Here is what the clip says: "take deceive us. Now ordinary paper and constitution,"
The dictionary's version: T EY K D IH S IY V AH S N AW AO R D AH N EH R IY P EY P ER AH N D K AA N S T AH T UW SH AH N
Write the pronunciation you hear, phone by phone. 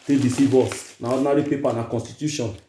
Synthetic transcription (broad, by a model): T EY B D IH S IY B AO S N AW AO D N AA R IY P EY P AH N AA K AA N S T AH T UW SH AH N